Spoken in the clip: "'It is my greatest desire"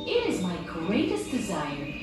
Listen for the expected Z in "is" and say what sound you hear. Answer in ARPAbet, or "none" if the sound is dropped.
Z